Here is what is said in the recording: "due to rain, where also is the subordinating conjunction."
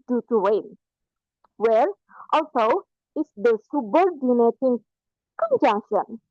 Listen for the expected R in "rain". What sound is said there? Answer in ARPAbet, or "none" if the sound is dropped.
W